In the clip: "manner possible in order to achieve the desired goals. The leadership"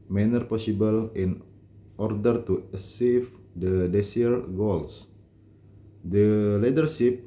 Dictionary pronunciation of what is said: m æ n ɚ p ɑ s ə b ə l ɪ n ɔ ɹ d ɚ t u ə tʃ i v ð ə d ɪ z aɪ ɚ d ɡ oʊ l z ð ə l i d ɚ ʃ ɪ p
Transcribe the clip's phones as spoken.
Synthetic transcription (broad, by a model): m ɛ n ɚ p ɑ s ə b ə l ɪ n ɔ ɹ d ɚ t u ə s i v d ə d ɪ s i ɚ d ɡ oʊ l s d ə l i d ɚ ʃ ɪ p